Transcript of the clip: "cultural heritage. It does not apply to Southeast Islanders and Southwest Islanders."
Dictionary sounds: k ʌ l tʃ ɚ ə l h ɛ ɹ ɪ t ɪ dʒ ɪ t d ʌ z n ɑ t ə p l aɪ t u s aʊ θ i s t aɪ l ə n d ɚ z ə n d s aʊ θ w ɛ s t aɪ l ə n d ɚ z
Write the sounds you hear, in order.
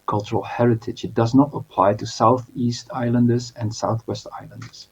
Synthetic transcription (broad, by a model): k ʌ l tʃ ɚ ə l h ɛ ɹ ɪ t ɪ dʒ ɪ t d ʌ z n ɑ t ə p l aɪ t u s aʊ θ i s t aɪ l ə n d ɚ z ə n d s aʊ θ w ɛ s t aɪ l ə n d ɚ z